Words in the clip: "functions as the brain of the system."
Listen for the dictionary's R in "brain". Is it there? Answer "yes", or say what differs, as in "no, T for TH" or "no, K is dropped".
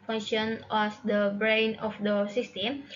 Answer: yes